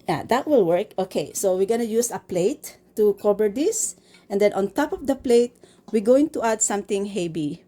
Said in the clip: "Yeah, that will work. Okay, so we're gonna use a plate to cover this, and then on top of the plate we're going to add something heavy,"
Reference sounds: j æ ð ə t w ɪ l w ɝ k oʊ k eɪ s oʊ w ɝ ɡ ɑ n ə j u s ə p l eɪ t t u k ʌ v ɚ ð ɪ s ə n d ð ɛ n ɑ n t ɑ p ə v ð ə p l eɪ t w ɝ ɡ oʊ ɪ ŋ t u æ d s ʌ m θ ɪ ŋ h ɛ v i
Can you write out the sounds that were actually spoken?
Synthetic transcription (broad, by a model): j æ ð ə t w ɪ l w ɝ k oʊ k eɪ s oʊ w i ɡ ɑ n ə j u s ə p l eɪ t t u k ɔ b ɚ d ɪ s ə n d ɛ n ɑ n t ɑ p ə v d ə p l eɪ t w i ɡ oʊ ɪ ŋ t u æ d s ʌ m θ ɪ ŋ h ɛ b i